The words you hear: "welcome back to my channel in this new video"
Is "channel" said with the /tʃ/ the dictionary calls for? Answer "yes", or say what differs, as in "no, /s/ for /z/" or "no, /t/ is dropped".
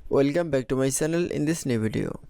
no, /s/ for /tʃ/